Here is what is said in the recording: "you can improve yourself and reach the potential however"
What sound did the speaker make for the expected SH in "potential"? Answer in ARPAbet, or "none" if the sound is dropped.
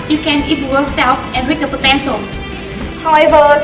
S